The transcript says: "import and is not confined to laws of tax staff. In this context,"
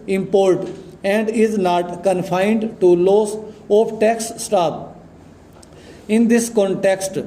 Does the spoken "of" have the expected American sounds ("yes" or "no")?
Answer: no